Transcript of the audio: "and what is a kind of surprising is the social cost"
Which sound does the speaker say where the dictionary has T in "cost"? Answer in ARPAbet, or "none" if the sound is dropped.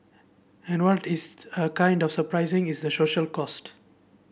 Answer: T